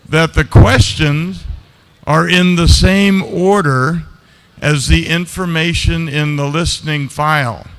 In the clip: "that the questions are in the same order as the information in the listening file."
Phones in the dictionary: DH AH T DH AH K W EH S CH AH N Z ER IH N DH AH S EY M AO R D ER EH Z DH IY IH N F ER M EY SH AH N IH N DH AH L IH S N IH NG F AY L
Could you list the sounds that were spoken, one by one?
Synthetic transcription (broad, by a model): DH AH T DH AH K W EH S CH AH N Z ER IH N DH AH S EY M AO R D ER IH Z DH IY IH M F ER M EY SH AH N IH N DH AH L IH S N IH NG F AY L